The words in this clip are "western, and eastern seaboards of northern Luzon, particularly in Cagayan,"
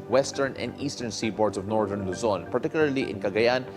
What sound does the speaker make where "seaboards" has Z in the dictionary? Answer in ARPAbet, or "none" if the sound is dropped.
S